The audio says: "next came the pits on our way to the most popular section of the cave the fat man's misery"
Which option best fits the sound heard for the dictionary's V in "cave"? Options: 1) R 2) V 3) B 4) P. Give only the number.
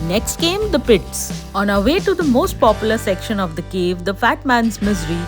2